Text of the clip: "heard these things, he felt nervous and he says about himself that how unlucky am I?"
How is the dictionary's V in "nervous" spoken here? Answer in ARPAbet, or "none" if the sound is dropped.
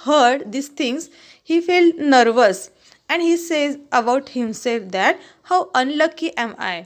V